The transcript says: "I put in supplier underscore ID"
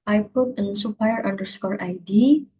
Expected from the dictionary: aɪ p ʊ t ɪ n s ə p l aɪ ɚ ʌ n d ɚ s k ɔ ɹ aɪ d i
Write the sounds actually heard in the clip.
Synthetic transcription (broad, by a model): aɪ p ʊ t ɪ n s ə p aɪ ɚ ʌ n d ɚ s k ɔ ɹ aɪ d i